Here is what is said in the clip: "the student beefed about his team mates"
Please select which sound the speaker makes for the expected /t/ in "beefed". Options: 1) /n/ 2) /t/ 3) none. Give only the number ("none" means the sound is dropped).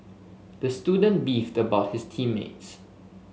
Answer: 2